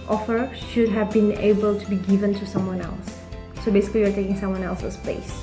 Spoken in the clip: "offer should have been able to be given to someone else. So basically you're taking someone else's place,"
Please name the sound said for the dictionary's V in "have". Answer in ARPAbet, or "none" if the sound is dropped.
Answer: V